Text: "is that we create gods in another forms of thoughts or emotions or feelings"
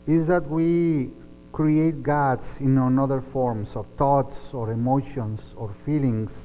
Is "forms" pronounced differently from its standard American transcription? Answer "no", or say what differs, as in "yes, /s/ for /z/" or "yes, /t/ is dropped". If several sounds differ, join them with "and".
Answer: yes, /s/ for /z/